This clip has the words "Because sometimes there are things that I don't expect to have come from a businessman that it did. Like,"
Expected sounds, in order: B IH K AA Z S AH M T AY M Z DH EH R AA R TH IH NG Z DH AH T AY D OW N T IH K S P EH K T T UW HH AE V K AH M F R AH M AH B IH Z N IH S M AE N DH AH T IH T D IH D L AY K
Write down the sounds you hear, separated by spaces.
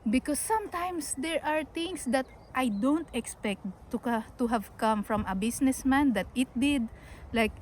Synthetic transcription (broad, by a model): B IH K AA S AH M T AY M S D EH R AA R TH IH NG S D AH T AY D OW N T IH K S P EH K T T UW HH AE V K AH M F R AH M AH B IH S N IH S M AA N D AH T IH T D IH D L AY K